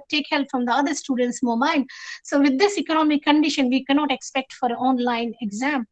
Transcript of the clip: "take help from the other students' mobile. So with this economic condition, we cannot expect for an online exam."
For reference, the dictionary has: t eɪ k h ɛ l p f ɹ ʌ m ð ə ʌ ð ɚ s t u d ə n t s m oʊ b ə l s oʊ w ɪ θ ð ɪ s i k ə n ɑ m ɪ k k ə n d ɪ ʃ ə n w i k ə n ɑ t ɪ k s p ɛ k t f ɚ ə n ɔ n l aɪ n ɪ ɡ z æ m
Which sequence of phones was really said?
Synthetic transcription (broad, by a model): t eɪ k h ɛ l p f ɹ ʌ m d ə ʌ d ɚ s t u d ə n t s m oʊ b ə n s oʊ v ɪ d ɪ s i k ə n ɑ m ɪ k k ə n d ɪ ʃ ə n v i k ə n ɑ t ɪ k s p ɛ k t f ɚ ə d ɔ n l aɪ n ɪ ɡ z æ m